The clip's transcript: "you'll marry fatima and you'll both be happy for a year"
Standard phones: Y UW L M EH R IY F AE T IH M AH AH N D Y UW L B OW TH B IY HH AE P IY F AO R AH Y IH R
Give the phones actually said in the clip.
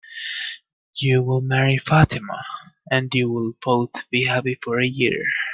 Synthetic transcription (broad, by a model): Y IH L M EH R IY F AE T IH M AH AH N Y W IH L B OW TH B IY HH AE P IY F AO R AH Y IH R